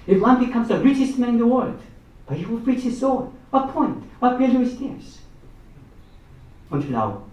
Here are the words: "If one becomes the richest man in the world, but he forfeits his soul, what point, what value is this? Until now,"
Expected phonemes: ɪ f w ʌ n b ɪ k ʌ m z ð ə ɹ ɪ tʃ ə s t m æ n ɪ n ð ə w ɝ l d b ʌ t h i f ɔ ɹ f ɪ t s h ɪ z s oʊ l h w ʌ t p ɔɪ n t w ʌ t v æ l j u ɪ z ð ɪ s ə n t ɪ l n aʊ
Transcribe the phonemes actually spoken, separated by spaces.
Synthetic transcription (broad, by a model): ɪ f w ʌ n b ɪ k ʌ m z ð ə ɹ ɪ tʃ ə s t m æ n ɪ n ð ə w ɝ l d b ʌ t h i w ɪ l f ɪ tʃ h ɪ z s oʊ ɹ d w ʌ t p ɔɪ n t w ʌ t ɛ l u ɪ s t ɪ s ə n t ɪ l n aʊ